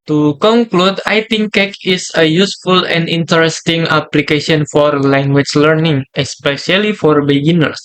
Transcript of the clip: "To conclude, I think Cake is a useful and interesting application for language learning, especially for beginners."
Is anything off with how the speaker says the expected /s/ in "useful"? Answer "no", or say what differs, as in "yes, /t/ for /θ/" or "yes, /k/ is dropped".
no